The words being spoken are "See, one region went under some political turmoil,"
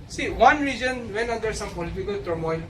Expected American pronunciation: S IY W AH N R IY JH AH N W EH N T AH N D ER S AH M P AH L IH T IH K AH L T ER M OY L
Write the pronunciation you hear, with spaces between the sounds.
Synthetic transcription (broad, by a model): S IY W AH N R IY JH AH N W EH N AH D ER S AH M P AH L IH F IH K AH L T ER M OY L